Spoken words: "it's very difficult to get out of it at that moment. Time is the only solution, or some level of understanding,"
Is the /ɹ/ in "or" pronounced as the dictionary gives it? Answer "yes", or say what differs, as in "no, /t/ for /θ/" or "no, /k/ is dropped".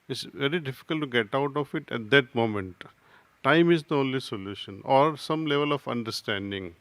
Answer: yes